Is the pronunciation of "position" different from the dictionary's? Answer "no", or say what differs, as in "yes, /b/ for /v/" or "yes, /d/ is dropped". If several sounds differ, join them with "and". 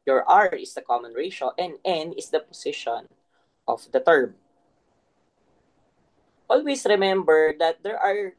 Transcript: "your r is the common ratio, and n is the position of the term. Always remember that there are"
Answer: yes, /s/ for /z/